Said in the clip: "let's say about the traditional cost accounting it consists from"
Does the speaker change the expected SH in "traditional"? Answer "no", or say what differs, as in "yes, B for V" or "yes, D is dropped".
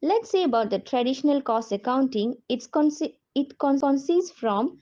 no